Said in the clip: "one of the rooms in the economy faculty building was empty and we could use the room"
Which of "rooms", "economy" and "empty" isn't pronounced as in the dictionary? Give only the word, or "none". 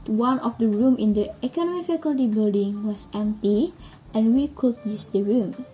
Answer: rooms